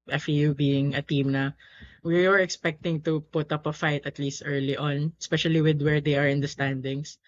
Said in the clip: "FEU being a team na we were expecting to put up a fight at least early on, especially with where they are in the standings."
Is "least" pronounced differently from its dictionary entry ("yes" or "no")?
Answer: no